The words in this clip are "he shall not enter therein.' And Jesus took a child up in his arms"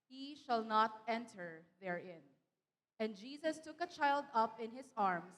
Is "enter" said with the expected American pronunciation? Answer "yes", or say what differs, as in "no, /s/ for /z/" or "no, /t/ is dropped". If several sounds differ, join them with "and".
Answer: yes